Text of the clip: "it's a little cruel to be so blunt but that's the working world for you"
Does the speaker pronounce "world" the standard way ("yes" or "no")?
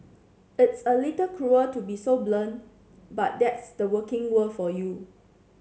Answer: no